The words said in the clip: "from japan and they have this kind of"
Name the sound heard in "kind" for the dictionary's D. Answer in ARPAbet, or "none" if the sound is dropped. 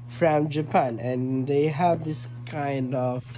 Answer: D